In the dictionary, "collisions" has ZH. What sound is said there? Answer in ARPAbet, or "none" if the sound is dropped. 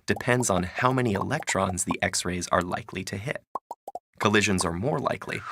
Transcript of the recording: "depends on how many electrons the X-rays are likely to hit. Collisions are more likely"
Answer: ZH